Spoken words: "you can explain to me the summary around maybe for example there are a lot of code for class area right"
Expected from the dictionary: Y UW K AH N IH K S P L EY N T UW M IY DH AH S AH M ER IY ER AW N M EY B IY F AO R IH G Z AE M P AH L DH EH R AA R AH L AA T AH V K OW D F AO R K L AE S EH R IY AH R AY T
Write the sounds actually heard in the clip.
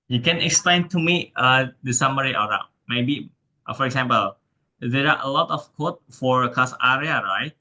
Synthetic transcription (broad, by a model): Y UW K AH N IH K S P L EY N T UW M IY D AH S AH M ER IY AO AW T M EY B IY F AO R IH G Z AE M P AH L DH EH R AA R AH L AA T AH F K OW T F AO R K AA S EH R IY AH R AY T